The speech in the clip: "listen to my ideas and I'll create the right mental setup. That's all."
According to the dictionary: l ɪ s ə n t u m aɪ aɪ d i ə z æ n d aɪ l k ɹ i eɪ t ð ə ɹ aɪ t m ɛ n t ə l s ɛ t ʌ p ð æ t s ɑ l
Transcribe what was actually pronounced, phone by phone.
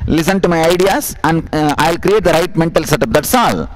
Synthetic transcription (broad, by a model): l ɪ s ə n t u m aɪ aɪ d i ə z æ n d aɪ l k ɹ i eɪ t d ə ɹ aɪ t m ɛ n t ə l s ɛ t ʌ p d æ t s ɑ l